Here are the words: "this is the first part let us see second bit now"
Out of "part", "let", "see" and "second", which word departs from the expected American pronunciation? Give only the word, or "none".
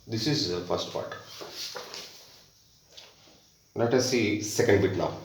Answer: let